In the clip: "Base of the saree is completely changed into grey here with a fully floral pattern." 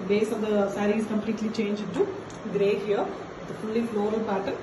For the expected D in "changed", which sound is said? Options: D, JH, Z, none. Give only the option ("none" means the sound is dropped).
none